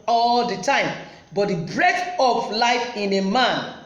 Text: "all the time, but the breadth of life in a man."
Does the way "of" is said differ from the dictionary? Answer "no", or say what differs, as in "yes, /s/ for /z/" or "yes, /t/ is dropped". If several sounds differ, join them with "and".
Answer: yes, /p/ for /v/